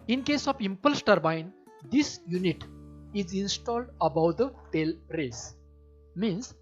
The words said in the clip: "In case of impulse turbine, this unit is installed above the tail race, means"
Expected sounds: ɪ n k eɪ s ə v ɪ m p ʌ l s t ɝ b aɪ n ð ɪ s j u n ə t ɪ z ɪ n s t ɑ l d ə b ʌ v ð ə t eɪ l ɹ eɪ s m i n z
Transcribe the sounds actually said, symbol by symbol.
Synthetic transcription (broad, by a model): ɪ n k eɪ s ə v ɪ m p ʌ l s t ɝ b aɪ n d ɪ s j u n ə t ɪ z ɪ n s t ɑ l d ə b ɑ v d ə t eɪ l ɹ eɪ s m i n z